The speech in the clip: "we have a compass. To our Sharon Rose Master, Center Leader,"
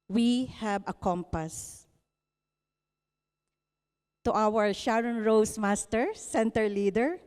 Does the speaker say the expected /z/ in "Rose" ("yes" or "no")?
no